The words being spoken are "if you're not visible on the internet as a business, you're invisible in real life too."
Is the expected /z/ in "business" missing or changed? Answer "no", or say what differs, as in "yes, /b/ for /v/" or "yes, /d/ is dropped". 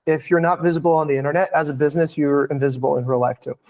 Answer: no